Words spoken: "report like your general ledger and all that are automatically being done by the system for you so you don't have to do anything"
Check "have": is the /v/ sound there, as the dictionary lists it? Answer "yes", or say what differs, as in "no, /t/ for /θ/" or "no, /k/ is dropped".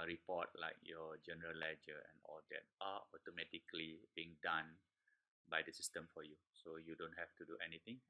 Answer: no, /f/ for /v/